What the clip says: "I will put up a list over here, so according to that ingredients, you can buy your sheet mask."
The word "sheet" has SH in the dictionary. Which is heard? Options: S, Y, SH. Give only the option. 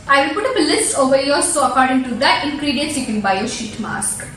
SH